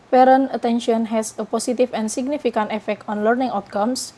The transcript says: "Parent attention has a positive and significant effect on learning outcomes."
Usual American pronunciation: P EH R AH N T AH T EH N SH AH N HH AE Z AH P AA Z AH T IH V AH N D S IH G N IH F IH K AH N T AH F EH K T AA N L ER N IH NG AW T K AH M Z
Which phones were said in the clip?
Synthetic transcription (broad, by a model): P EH R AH N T AH T EH N SH AH N HH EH S AH P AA S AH T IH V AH N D S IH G N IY F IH K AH N T AH F EH K T AA N L ER N IH NG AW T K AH M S